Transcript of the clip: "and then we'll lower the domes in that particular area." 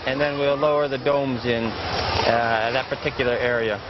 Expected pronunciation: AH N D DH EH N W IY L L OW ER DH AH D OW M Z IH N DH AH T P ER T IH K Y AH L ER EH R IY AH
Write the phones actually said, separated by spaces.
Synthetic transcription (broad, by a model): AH N DH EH N W IY L L OW ER DH AH D OW M Z IH N DH AH T P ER T IH K Y L ER EH R IY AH